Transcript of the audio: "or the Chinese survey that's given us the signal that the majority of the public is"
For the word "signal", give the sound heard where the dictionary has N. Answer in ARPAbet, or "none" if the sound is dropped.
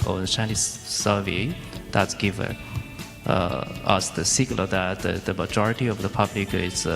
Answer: L